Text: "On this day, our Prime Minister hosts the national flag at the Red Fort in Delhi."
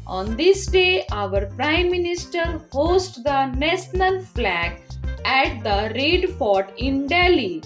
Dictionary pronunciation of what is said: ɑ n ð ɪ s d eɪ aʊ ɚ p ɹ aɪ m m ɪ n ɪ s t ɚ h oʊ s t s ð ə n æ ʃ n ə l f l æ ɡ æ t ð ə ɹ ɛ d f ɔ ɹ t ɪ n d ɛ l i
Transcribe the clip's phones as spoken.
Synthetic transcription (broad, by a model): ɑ n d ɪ s d eɪ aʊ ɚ p ɹ aɪ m m ɪ n ɪ s t ɚ h oʊ s t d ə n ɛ s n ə n f l æ ɡ æ t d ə ɹ ɛ d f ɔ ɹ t ɪ n d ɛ l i